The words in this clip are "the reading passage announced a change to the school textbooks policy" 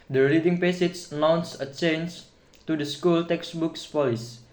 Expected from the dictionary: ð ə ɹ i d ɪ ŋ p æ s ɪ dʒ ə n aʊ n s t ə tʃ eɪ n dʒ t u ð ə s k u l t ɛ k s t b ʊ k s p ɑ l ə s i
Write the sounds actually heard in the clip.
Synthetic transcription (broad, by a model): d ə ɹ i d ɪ ŋ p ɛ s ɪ tʃ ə n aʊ n s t ə tʃ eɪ n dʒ t u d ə s k u l t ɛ k s b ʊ k s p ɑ l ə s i